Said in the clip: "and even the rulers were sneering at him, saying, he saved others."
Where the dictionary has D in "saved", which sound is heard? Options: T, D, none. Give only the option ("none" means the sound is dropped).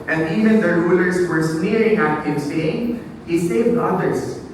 none